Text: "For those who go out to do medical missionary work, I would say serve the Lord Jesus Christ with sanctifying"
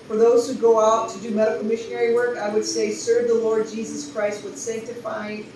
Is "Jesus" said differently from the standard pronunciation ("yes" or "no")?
no